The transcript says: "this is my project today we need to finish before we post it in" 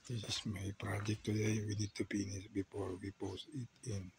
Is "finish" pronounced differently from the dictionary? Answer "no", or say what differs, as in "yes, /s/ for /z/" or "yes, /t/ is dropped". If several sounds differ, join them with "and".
yes, /p/ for /f/ and /s/ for /ʃ/